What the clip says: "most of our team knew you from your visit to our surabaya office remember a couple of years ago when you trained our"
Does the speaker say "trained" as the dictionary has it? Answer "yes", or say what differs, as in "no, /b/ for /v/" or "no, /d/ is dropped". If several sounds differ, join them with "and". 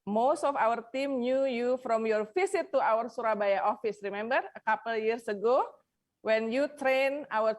no, /d/ is dropped